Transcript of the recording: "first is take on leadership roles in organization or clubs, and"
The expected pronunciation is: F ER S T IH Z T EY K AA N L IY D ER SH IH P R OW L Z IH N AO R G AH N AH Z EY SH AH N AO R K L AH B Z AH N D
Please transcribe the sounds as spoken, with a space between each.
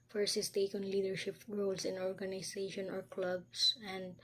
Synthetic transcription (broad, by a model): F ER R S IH S T EY K AA N L IY D ER SH IH P R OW L S IH N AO R G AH N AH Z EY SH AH N AO R K L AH B S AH N D